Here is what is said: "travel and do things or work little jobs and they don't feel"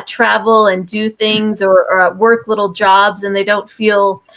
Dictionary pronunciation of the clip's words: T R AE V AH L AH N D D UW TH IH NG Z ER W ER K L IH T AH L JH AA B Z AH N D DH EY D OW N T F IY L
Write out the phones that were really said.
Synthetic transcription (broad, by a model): T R AE V L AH N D D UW TH IH NG Z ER W ER K L IH T L JH AA B Z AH N DH EY D OW N T F IY L